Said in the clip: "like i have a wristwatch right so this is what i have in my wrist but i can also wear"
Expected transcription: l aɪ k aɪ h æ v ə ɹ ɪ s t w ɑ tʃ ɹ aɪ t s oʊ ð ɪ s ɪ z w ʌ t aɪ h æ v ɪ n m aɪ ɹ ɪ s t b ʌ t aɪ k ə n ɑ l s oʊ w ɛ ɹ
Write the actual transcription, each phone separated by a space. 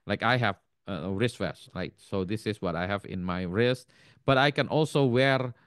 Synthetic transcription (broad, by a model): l aɪ k aɪ h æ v ə ɹ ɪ s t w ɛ s ɹ aɪ t s oʊ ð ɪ s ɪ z w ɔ t aɪ h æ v ɪ n m aɪ ɹ ɪ s t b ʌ t aɪ k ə n ɑ l s oʊ w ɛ ɹ